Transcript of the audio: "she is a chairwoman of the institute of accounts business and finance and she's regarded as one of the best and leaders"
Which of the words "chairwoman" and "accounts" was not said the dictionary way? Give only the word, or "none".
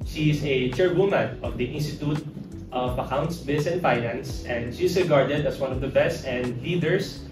none